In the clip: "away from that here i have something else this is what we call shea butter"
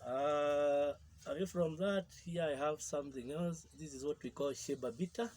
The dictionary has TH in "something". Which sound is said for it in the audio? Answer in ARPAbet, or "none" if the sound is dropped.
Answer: TH